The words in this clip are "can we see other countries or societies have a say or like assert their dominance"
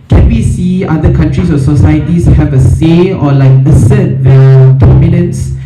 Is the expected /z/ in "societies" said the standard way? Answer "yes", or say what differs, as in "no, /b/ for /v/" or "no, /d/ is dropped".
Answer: no, /s/ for /z/